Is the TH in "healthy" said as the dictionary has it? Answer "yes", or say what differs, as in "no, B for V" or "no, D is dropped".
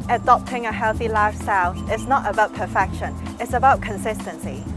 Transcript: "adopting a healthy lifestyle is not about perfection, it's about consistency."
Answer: yes